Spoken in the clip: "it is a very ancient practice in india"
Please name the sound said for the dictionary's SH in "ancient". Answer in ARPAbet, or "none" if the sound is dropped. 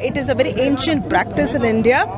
SH